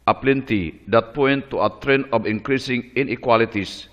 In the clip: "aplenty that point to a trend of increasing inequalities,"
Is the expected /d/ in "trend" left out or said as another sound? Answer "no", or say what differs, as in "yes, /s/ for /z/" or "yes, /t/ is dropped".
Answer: yes, /d/ is dropped